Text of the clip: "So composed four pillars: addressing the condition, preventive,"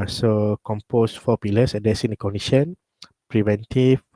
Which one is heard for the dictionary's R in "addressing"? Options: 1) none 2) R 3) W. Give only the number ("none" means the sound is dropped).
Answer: 1